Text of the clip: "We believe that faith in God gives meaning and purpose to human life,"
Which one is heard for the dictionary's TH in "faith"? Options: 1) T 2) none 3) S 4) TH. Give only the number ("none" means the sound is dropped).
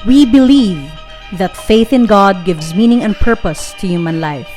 4